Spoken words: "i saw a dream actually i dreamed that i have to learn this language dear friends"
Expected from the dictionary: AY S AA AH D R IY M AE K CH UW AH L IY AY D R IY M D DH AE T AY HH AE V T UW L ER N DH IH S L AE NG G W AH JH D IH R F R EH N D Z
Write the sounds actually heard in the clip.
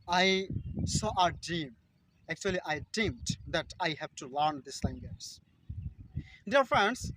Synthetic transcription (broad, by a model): AY S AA AH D IY M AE K CH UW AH L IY AY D IY M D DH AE T AY HH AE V T UW L ER N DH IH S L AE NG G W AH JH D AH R F R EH N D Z